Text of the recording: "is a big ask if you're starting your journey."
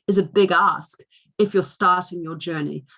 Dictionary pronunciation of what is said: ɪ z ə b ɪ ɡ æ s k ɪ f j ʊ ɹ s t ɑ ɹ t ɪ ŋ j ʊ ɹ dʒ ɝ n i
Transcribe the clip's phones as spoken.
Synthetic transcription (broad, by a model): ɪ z ə b ɪ ɡ æ s k ɪ f j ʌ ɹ s t ɑ ɹ t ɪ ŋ j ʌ ɹ dʒ ɝ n i